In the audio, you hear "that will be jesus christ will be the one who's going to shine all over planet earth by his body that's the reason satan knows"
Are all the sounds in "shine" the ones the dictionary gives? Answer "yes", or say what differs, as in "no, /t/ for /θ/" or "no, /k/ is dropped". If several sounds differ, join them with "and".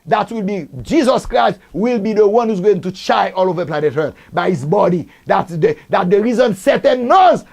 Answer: no, /n/ is dropped